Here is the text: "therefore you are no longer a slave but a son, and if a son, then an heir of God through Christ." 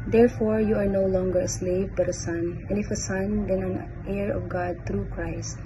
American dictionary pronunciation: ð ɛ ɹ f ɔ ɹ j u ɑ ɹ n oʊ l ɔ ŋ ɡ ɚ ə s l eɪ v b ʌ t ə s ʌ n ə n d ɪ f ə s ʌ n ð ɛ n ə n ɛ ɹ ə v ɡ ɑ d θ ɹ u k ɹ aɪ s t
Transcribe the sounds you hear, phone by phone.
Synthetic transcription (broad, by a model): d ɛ ɹ f ɔ ɹ j u ɑ ɹ n oʊ l ɔ ŋ ɡ ɚ ə s l eɪ v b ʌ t ə s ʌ n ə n ɪ f ə s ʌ n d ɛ n ə n ɛ ɹ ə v ɡ ɑ d t ɹ u k ɹ aɪ s t